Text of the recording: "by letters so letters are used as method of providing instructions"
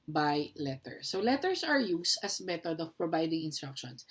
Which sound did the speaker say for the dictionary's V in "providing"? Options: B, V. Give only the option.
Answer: B